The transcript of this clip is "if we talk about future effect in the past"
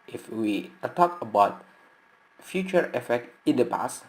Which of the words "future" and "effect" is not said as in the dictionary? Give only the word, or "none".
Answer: none